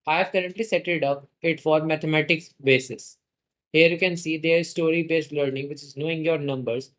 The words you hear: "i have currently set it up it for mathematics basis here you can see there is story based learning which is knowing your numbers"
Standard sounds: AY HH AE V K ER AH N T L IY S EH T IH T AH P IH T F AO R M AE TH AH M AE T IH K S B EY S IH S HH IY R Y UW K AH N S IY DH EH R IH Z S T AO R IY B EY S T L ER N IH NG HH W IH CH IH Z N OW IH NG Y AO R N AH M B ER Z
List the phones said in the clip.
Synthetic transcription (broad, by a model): AY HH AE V K ER AH N T L IY S EH T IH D AH P IH T F AO R M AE T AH M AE T IH K S B EY S IH S HH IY R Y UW K AH N S IY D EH R IH Z S T AO R IY B EY S T L ER N IH NG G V IH CH IH Z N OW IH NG Y AO R N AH M B ER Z